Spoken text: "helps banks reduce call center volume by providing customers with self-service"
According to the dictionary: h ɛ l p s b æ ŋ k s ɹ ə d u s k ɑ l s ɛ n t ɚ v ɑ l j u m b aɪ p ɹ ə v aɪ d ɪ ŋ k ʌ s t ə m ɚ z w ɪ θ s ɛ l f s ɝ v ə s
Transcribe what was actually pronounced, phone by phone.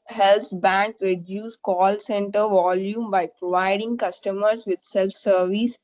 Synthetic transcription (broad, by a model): h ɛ l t b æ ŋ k ɹ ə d u s k ɑ l s ɛ n t ɚ v ɑ l j u m b aɪ p ɹ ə v aɪ d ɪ ŋ k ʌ s t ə m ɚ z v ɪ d s ɛ l f s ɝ v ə s